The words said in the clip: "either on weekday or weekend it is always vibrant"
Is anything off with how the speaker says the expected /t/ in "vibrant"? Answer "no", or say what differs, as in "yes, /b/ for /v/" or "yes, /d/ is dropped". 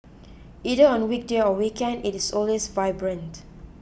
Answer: no